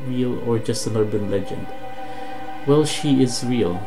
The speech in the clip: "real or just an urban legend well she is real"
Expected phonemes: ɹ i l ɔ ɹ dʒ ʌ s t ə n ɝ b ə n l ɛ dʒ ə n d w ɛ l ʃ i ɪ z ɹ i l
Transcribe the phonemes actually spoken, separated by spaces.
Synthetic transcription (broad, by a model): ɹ i l ɔ ɹ dʒ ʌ s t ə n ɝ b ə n l ɛ dʒ ə n d w ɛ l ʃ i ɪ z ɹ i l